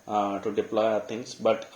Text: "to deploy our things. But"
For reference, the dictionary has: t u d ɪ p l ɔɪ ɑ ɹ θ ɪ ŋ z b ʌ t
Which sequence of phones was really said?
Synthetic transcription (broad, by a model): t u d ɪ p l ɔɪ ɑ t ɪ ŋ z b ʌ t